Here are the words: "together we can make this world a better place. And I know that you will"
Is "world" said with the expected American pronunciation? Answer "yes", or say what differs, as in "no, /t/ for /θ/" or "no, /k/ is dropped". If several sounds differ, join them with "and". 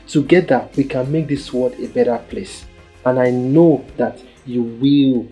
no, /l/ is dropped